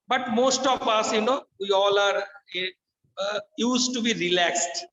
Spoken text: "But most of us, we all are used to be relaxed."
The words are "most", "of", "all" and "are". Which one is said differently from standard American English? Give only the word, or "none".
of